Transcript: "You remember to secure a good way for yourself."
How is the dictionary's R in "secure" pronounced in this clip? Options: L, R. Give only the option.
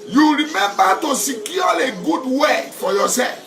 L